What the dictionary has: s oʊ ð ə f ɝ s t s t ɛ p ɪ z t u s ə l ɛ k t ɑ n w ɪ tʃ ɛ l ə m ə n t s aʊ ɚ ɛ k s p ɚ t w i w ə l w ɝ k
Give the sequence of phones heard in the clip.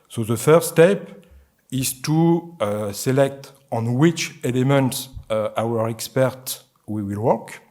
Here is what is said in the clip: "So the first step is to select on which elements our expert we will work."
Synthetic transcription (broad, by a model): s oʊ ð ə f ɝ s s t ɛ p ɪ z t u s ə l ɛ k t ɑ n w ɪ tʃ ɛ l ə m ə n t s aʊ ɚ ɛ k s p ɚ t w i w ə l w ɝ k